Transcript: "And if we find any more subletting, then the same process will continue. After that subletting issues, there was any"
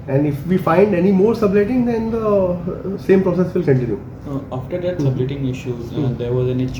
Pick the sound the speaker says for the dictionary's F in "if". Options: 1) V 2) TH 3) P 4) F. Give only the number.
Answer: 4